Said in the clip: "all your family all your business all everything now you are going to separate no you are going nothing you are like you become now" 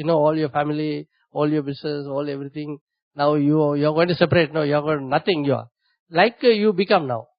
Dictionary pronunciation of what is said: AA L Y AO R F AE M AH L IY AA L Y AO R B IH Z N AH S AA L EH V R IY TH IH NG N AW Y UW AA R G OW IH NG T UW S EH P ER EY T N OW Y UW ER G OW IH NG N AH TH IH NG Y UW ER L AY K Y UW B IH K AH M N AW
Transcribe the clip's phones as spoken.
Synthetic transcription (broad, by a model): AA L Y AO R F AE M AH L IY AA L Y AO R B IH S N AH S AA L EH V R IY T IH NG N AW Y UW AA R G OW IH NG T UW S EH P ER EY T N OW Y UW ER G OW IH N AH T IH NG Y UW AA L AY K Y UW B IH K AH M N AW